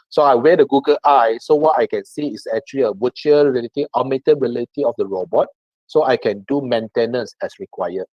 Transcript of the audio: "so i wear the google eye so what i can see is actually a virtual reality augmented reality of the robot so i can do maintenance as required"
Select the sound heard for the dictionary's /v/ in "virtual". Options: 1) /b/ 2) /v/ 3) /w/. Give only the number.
3